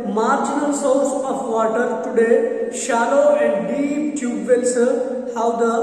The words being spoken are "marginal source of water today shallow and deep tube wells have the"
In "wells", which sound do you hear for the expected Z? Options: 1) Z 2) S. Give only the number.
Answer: 2